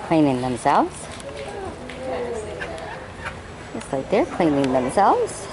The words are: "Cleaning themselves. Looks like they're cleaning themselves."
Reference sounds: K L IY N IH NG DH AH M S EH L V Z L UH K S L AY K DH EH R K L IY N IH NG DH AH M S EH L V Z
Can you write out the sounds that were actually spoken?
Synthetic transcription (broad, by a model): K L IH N IH NG DH AH M S EH L V Z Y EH S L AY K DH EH R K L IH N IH NG DH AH M S EH L V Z